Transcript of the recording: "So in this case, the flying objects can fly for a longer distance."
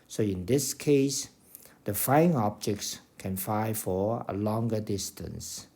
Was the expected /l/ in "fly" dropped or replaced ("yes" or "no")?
yes